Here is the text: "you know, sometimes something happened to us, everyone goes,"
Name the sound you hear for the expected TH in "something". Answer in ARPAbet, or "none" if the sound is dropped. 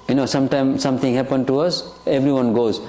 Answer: T